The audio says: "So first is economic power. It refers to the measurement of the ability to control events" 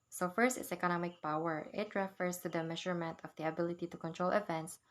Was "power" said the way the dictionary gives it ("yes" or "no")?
yes